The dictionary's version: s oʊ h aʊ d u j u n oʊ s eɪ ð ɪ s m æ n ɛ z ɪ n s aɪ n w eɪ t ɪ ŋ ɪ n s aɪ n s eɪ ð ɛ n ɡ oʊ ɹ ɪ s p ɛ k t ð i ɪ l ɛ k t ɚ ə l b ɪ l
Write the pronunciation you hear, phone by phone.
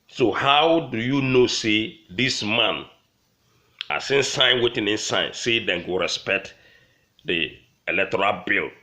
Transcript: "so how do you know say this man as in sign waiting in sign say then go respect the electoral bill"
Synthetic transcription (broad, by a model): s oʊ h aʊ d u j u n oʊ s eɪ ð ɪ s m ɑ n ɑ s ɪ n s aɪ n w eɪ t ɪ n ɪ n s aɪ n s eɪ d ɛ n ɡ oʊ ɹ ɪ s p ɛ k t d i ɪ l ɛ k t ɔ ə l b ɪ l